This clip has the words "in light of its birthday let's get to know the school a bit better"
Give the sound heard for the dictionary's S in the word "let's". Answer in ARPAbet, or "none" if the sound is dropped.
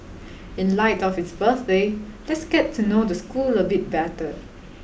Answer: S